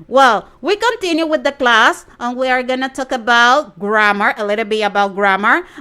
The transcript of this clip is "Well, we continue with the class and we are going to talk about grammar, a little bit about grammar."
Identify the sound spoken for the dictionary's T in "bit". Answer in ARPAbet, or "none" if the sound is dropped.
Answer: none